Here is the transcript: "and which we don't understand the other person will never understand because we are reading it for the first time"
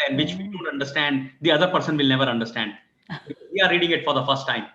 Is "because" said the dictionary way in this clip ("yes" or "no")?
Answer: no